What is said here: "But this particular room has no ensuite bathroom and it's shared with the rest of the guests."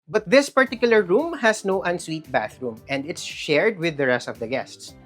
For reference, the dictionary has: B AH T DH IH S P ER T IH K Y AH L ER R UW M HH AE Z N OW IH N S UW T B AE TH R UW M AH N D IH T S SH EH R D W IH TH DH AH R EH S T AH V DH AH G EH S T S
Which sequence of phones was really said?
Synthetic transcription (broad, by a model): B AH T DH IH S P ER T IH K Y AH L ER R UW M HH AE S N OW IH N S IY T B AE TH R UW M AH N D IH T S SH EH R D W IH DH AH R EH S T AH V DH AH G EH S T S